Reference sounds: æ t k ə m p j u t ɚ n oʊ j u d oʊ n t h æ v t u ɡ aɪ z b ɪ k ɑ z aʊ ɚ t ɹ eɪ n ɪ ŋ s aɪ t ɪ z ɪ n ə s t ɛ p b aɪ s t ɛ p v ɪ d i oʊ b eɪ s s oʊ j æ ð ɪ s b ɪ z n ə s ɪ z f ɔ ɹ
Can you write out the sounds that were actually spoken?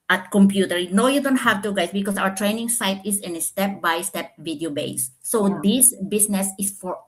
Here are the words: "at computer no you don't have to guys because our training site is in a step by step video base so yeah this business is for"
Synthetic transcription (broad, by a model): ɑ t k ə m p j u t ɚ n oʊ j u d oʊ n t h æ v t u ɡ aɪ s b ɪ k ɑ s aʊ ɚ t ɹ eɪ n ɪ ŋ s aɪ t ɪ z ɪ n s t ɛ p b aɪ s t ɛ p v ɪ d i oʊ b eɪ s s oʊ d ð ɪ s b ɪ s n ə s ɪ s f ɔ ɹ